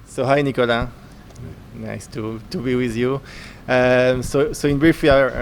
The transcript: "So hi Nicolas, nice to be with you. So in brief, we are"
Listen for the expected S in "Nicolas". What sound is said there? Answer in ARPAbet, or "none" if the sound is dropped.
none